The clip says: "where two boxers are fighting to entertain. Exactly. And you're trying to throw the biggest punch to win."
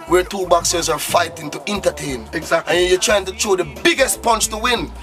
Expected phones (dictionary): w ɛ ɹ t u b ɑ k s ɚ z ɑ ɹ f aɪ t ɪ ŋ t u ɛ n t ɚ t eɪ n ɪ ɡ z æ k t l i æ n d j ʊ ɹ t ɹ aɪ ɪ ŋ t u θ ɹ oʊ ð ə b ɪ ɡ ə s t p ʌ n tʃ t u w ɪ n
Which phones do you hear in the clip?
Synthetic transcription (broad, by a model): w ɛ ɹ t u b ɑ k s ɚ z ɑ ɹ f aɪ t ɪ ŋ t u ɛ n t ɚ t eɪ ɪ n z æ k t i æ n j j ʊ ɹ t ɹ aɪ ɪ ŋ t u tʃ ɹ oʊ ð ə b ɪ ɡ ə s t p ʌ n tʃ t u w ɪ n